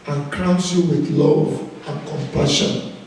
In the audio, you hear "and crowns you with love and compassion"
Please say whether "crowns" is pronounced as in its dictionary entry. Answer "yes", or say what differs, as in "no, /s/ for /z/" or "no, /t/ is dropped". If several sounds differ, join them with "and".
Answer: no, /s/ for /z/